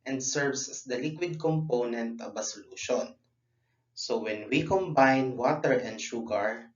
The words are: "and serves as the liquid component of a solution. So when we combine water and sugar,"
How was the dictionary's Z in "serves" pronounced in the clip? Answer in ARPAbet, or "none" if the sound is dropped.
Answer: S